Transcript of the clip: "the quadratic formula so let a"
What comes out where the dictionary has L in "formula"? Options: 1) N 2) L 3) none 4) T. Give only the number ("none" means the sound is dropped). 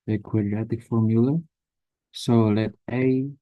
2